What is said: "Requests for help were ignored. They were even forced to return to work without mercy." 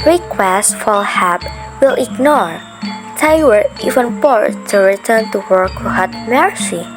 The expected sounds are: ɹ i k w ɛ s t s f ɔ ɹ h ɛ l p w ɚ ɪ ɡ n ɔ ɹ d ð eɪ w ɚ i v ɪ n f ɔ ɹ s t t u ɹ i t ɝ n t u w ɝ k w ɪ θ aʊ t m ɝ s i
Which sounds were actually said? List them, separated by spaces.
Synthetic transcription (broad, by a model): ɹ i k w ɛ s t f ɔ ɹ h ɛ p w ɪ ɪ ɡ n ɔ ɹ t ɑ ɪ w ɚ i v ɪ n p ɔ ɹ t t u ɹ i t ɝ n t u w ɝ k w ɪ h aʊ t m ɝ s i